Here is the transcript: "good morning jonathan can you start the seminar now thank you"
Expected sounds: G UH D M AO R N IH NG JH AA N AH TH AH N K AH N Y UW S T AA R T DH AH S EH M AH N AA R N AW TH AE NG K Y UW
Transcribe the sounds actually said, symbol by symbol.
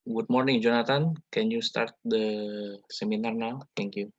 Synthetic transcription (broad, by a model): G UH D M AO R N IH NG JH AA N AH T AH N K AH N Y UW S T AA R T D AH S EH M AH N AA R N AW T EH NG K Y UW